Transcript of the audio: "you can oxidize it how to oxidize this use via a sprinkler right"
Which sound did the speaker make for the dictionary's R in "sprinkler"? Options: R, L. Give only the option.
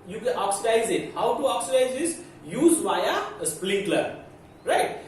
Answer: L